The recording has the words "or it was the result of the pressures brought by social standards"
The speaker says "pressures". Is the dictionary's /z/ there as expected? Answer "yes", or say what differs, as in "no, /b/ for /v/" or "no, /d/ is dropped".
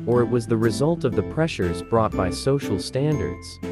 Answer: yes